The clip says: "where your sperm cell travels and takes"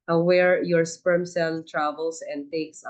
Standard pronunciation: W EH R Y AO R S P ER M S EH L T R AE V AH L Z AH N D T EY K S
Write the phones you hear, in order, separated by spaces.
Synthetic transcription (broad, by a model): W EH R Y AO R S P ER M S EH L T R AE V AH L S AH N D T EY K S